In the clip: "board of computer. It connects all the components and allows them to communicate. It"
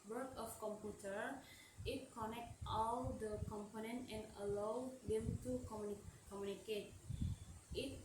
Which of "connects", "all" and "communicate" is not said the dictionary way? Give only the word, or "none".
connects